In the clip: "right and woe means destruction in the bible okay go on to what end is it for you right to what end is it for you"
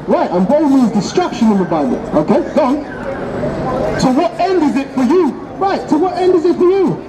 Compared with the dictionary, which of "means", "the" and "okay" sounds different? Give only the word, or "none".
means